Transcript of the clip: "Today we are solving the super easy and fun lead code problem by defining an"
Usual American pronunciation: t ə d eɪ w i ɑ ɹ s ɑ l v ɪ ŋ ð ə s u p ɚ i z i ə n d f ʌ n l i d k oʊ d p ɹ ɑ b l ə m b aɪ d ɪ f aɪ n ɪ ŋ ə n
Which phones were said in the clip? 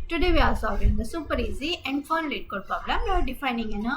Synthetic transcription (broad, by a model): t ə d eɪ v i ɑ l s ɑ v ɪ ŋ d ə s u p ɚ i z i ə n d f ʌ n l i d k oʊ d p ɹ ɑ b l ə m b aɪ d ɪ f aɪ n ɪ ŋ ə n